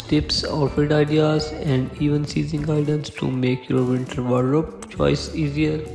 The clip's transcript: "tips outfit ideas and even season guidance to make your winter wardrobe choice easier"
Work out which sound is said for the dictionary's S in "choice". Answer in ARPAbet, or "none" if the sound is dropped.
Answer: S